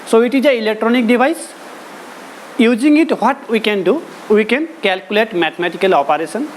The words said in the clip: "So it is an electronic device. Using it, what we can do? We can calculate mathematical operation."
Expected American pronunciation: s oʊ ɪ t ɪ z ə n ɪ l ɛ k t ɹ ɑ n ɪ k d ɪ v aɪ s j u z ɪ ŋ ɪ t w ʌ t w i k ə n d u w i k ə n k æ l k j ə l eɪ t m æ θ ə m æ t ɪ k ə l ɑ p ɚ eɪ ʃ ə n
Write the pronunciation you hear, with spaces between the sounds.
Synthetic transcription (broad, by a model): s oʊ ɪ t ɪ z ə ɪ l ɛ k t ɹ ɑ n ɪ k d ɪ b aɪ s j u z ɪ ŋ ɪ t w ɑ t w i k ə n d u w i k ə n k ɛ l k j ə l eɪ t m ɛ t m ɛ t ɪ k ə l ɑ p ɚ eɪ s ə n